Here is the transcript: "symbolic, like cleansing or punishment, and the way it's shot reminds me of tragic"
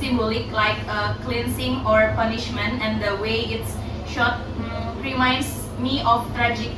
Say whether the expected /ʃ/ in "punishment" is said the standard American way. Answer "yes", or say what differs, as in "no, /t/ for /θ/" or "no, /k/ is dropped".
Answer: yes